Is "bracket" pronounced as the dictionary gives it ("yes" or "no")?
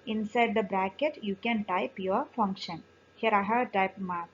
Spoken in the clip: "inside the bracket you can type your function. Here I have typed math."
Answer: yes